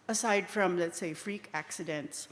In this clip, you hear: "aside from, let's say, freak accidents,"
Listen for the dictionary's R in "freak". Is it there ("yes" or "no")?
yes